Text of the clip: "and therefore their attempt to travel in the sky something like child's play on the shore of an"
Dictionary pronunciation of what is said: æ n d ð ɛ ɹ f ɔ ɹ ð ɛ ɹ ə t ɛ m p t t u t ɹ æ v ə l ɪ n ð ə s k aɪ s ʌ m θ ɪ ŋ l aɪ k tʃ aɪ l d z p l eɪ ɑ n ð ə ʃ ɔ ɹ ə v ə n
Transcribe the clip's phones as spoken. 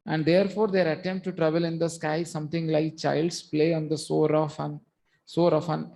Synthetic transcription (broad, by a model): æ n d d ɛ ɹ f ɔ ɹ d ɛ ɹ ə t ɛ m p t t u t ɹ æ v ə l ɪ n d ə s k aɪ s ʌ m t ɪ ŋ l aɪ k tʃ aɪ l d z p l eɪ ɑ n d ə s ɔ ɹ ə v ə n